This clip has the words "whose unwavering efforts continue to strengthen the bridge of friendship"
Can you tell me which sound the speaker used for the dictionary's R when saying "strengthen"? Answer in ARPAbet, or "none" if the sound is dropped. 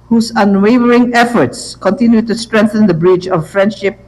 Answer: R